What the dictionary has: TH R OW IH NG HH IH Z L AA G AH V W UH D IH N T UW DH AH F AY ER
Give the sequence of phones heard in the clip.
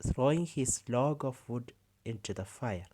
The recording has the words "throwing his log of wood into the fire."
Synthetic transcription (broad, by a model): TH R OW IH NG HH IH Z L AA G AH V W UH D IH N T UW DH AH F AY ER